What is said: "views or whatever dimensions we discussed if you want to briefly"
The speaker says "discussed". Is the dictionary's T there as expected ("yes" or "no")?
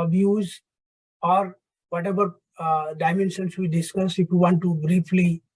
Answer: no